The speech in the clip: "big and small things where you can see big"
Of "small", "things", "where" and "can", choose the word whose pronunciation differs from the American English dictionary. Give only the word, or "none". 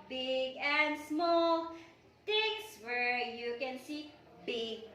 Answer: things